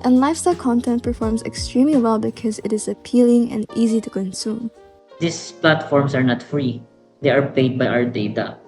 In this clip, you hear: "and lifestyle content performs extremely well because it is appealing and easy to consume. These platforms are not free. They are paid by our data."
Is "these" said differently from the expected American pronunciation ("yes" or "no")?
yes